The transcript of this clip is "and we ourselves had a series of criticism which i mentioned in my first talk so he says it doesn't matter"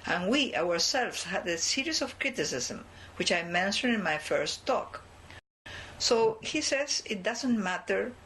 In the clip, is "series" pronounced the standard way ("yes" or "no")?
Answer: no